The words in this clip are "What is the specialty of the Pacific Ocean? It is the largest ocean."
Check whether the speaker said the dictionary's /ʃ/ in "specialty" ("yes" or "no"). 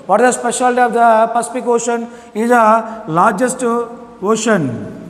yes